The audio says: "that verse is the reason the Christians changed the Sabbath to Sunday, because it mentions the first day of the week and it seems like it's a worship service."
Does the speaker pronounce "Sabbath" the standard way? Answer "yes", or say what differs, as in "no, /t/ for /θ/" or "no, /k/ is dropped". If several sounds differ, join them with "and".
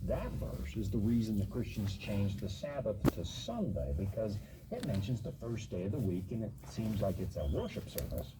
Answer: yes